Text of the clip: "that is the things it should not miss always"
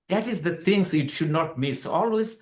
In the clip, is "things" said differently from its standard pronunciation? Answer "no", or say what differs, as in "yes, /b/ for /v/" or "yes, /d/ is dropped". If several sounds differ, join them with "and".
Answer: yes, /t/ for /θ/